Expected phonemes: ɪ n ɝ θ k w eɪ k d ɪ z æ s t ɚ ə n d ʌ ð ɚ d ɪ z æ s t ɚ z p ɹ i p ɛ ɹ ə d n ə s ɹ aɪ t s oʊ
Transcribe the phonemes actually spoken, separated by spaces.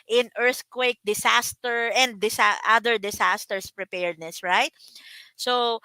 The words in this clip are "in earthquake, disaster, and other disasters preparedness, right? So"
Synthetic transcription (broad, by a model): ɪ n ɝ θ k w eɪ k d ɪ s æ s t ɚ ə n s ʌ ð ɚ d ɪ s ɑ s t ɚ s p ɹ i p ɛ ɹ d n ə s ɹ aɪ t s oʊ